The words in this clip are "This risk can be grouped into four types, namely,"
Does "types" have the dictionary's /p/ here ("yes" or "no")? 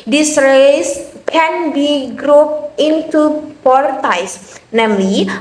no